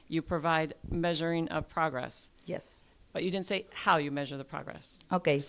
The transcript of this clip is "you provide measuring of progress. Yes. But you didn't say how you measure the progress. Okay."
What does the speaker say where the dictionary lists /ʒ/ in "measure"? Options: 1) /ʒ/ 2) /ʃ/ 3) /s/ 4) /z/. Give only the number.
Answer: 1